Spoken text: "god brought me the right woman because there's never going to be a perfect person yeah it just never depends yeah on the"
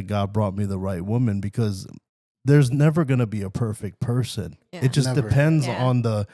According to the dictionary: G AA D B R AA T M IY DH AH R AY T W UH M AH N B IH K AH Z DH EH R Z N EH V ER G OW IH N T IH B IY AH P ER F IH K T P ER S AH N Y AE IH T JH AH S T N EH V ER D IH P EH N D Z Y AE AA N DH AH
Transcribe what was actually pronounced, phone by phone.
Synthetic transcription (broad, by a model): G AA D B R AA T M IY DH AH R AY T W UH M AH N B IH K AH Z DH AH R Z N EH V ER G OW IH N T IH B IY AH P ER F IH K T P ER S AH N IH T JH AH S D D IH P EH N D Z N DH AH